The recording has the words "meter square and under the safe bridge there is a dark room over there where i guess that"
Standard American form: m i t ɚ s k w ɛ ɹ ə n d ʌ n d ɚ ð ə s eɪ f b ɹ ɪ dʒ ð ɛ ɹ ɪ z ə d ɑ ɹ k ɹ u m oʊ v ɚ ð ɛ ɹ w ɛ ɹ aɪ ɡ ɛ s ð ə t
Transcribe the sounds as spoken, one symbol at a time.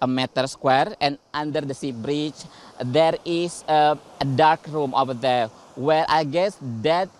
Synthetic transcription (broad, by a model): m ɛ t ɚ s k w ɛ ɹ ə n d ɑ n d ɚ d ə s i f b ɹ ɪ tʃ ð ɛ ɹ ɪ s ə d ɑ ɹ k ɹ u m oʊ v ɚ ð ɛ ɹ w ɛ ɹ aɪ ɡ ɛ s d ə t